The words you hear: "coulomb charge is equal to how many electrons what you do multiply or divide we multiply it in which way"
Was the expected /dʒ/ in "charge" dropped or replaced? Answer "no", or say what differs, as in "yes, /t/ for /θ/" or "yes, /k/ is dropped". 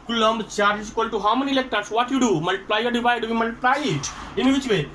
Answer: yes, /dʒ/ is dropped